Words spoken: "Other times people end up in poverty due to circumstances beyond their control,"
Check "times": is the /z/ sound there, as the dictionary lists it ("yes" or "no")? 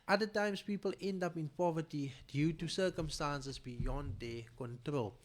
no